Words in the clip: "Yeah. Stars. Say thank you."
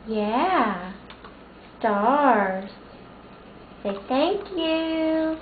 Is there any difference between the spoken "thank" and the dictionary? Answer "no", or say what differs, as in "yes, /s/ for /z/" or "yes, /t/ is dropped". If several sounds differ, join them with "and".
no